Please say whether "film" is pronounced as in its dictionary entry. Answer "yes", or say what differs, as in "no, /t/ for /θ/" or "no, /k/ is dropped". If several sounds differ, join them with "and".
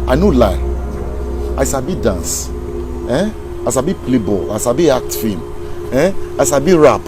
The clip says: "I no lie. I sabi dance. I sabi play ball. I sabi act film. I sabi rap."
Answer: no, /l/ is dropped